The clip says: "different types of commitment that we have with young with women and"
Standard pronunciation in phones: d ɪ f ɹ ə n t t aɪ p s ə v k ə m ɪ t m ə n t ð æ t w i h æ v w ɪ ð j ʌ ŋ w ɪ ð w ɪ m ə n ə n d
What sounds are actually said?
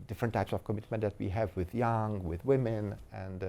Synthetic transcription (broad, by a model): d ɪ f ɹ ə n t t aɪ p s ə v k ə m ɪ t m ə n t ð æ t w i h æ v w ɪ ð j ʌ ŋ w ɪ ð w ɪ m ə n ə n d